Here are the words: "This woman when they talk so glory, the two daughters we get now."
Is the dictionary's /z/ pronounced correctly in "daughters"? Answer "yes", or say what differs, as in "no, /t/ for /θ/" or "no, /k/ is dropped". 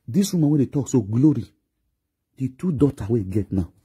no, /z/ is dropped